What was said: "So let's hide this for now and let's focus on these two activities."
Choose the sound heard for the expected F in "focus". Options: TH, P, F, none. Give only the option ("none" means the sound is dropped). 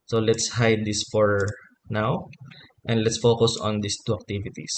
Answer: F